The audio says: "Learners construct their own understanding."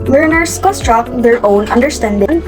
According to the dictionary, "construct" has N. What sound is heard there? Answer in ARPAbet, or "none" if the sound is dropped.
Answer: none